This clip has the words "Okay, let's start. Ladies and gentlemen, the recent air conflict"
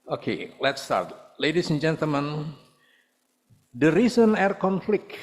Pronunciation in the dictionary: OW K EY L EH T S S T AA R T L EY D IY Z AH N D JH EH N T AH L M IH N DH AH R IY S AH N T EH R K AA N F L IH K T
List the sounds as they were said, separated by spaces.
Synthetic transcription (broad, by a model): OW K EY L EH T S S T AA R T L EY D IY S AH N JH EH N T AH L M IH N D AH R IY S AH N EH R K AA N F L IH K